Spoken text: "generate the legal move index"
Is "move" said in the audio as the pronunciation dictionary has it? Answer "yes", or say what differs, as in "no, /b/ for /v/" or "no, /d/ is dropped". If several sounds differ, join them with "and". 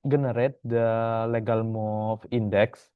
no, /f/ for /v/